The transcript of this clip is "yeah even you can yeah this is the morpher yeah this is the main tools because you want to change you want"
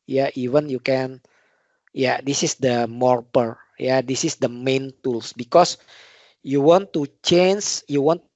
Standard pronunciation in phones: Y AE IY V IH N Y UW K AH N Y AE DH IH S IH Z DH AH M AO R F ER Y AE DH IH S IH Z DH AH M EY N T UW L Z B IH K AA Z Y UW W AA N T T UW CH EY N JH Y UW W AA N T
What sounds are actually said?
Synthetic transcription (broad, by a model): Y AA IY V IH N Y UW K AH N Y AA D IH S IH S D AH M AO R P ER Y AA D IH S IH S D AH M EY N T UW L S B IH K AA S Y UW W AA N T T UW CH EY N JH Y UW W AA N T